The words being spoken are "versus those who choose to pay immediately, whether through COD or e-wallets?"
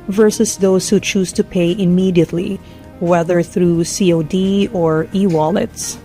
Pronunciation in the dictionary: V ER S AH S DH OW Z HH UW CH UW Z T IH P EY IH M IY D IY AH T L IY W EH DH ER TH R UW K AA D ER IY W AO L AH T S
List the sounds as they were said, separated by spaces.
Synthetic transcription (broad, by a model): V ER S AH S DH OW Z HH UW CH UW Z T IH P EY IH M IY D IY AH T L IY W EH DH ER TH R UW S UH D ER IY W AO L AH T S